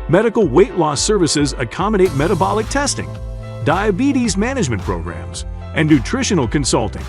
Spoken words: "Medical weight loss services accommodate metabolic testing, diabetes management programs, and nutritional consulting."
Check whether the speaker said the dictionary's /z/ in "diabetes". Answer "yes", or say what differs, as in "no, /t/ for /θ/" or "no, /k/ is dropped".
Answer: yes